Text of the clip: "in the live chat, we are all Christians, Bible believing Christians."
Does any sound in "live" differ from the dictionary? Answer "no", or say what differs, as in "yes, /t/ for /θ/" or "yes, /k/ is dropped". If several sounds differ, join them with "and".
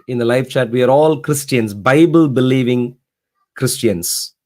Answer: yes, /f/ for /v/